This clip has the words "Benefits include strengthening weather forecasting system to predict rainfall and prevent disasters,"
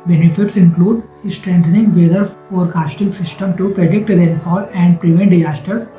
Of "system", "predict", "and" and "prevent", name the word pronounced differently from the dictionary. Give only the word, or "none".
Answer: none